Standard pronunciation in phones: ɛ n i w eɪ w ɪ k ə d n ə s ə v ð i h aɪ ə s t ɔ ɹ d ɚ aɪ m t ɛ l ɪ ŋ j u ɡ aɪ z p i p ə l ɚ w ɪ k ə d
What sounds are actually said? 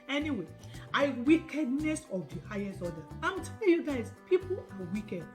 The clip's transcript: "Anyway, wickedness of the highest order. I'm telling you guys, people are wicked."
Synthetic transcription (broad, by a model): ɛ n i w eɪ w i k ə d n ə s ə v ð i h aɪ ə s t ɔ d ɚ aɪ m t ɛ l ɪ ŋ j u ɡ aɪ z p i p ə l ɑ w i k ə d